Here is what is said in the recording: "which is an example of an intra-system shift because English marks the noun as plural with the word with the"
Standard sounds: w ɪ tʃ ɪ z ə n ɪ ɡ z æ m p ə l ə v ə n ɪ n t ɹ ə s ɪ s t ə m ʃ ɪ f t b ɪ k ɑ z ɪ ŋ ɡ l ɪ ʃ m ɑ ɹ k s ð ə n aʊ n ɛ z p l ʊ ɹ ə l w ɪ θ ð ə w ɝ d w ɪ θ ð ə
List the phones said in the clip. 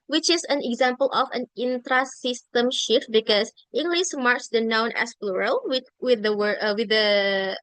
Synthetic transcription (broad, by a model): w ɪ tʃ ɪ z ə n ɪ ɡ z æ m p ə l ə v ə n ɪ n t ɹ ə s ɪ s t ə m ʃ ɪ f t b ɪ k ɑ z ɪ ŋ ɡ l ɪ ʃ m ɑ ɹ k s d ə n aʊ n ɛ s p l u ɹ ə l w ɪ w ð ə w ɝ w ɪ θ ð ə